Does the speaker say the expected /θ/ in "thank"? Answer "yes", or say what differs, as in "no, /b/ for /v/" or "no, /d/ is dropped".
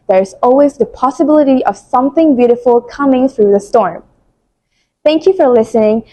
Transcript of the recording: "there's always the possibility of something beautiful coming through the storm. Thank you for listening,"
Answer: yes